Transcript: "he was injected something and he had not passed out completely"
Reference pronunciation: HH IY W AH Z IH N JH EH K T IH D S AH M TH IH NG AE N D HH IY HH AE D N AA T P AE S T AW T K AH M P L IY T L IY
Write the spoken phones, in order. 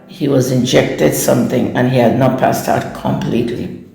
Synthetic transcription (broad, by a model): HH IY W AH Z IH N JH EH K T IH D S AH M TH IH NG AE N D HH IY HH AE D N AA T P AE S T AW T K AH M P L IY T L IY